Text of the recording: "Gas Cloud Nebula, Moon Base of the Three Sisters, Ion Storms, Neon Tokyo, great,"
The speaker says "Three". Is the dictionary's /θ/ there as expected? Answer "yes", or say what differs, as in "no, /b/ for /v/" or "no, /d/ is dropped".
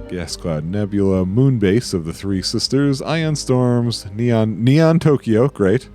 yes